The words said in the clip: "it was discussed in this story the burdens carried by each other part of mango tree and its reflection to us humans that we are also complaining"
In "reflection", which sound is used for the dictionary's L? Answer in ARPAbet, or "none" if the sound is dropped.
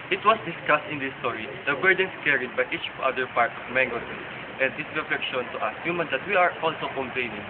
none